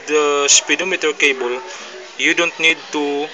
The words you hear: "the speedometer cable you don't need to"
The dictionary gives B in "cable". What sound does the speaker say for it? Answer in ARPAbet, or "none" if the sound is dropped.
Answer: B